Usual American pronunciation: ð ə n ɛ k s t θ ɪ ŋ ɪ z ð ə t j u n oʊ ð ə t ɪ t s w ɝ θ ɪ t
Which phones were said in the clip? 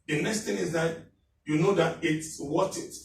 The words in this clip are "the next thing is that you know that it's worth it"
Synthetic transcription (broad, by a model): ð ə n ɛ k s t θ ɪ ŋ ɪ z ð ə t j u n oʊ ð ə t ɪ t s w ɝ t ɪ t